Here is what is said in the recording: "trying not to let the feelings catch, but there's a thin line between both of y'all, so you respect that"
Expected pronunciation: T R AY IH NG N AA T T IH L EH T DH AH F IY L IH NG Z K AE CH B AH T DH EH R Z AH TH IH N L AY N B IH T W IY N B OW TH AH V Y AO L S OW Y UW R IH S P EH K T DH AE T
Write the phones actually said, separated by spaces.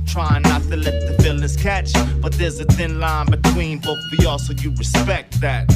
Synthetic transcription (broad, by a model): T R AY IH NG N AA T T IH L EH T DH AH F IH L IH Z K AE CH B AH T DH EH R Z AH TH IH N L AY N B IH T W IY N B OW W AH AO L S OW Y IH R IH S P EH K T DH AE T